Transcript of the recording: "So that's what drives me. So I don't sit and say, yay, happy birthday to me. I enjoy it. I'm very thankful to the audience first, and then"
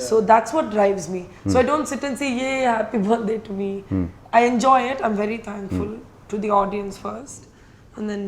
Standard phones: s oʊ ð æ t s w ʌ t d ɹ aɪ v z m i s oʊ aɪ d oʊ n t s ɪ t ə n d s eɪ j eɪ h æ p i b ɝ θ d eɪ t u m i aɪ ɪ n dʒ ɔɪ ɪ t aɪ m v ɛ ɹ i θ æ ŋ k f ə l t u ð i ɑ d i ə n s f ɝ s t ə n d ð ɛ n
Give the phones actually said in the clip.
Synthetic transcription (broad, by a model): s oʊ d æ t s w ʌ t d ɹ aɪ v z m i s oʊ aɪ d oʊ n t s ɪ t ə n s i j eɪ h æ p i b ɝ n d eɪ t u m i aɪ ɪ n dʒ ɔɪ ɪ t aɪ m v ɛ ɹ i t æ ŋ k f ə l t u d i ɑ d i ə n s f ɝ s t ə n d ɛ n